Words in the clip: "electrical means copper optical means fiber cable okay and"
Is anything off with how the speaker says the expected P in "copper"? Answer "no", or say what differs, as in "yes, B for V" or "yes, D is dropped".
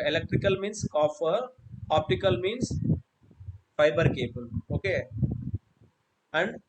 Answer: yes, F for P